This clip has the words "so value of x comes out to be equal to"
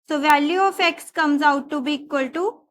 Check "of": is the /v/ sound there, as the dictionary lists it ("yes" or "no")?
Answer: no